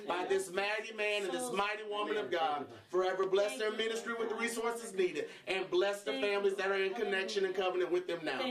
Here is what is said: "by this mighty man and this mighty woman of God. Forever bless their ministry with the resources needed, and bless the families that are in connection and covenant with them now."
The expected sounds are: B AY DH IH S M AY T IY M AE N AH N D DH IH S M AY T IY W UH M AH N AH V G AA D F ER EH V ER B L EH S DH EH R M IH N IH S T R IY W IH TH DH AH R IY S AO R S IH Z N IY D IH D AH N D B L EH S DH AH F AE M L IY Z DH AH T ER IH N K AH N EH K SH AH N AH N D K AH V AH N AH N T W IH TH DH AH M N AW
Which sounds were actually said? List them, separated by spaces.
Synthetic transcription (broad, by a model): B AY DH IH S M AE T IY M AE N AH N DH IH S M AY T IY W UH M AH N AH V G AA D F ER EH V ER B L EH S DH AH R M IH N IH S T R IY W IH DH AH R IY S AO R S IH Z N IY D IH D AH N B L EH S DH AH F AE M L IY Z DH AH T ER IH N K AH N EH K SH AH N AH N K AH V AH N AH N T W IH DH AH M N AW